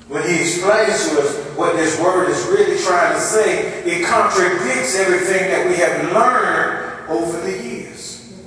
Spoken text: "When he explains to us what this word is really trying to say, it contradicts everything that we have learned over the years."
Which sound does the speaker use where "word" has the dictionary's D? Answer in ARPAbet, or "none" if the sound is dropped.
D